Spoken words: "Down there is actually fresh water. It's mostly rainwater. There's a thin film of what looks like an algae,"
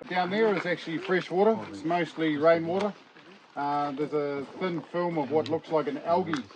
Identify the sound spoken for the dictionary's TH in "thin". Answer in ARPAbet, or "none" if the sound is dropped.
TH